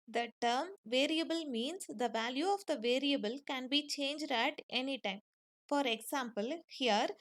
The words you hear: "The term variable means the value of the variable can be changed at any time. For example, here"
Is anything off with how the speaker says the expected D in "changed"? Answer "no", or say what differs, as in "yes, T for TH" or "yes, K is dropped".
no